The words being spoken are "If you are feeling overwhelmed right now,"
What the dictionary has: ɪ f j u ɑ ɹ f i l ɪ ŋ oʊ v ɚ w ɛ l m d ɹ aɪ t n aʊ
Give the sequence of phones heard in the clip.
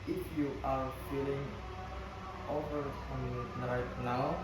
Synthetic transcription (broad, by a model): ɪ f j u ɑ ɹ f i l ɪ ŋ oʊ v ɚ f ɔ m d ɹ aɪ t n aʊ